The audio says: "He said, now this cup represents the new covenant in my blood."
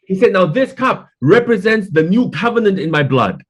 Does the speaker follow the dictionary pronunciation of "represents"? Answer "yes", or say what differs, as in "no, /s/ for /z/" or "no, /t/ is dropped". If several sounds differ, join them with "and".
yes